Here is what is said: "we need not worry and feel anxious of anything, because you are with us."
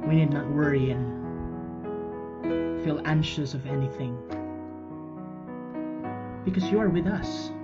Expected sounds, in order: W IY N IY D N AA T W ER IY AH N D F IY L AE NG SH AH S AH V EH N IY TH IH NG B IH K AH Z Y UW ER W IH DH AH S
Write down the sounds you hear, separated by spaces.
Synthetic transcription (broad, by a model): W IY N IY D N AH T W ER IY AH N F IY L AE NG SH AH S AH V EH N IY TH IH NG B IH K AH Z Y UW ER W IH DH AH S